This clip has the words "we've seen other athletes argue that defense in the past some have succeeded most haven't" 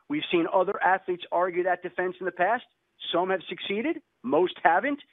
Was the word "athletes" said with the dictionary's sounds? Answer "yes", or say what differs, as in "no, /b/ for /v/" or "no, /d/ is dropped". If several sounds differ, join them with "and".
yes